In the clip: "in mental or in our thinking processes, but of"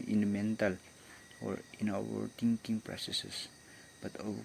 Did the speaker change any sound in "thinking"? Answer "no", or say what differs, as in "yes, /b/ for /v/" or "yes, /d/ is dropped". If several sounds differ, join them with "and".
yes, /t/ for /θ/